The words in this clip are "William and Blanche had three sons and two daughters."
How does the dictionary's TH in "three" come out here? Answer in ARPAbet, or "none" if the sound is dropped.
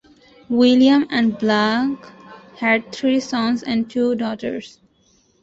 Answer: T